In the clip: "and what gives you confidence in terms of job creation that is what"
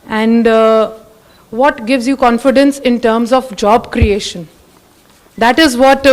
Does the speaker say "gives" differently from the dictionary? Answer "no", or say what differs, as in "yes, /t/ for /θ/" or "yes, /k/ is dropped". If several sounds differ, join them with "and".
no